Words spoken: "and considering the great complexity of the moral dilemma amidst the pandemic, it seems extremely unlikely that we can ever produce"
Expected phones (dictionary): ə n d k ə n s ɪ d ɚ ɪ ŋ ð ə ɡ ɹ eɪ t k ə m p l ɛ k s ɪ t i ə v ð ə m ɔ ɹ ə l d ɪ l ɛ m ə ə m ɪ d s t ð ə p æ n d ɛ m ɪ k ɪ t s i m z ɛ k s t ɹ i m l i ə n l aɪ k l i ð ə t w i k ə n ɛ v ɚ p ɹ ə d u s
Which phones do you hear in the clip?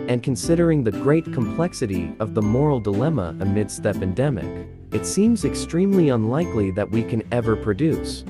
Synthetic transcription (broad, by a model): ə n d k ə n s ɪ d ɚ ɪ ŋ ð ə ɡ ɹ eɪ t k ə m p l ɛ k s ɪ t i ə v ð ə m ɔ ɹ l d ɪ l ɛ m ə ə m ɪ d s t ð ə p æ n d ɛ m ɪ k ɪ t s i m z ɛ k s t ɹ i m l i ə n l aɪ k l i ð ə t w i k ə n ɛ v ɚ p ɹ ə d u s